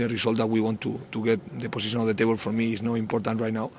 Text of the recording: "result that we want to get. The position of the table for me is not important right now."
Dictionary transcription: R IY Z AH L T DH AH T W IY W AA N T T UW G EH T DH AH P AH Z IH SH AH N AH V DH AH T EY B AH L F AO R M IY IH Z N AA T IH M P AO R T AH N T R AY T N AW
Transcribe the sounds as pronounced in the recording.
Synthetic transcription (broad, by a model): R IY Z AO L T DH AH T W IY W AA N T T UW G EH T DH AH P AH S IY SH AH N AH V DH AH T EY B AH L F AO R M IY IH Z N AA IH M P AO R T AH N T R AY T N AW